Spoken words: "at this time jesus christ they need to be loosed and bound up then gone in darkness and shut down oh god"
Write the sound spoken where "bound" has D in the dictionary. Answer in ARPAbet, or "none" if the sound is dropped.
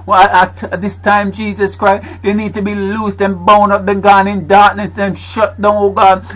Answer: none